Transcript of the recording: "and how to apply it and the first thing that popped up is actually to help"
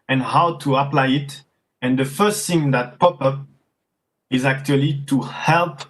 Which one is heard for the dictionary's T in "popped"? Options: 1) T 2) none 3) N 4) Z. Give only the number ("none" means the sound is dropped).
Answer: 2